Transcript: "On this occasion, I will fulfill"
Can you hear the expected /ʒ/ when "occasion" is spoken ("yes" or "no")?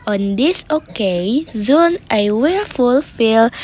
no